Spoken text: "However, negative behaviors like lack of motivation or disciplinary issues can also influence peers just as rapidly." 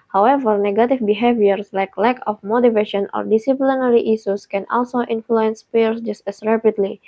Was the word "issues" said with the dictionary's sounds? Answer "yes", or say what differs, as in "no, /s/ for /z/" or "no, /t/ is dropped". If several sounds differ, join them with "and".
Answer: no, /s/ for /ʃ/ and /s/ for /z/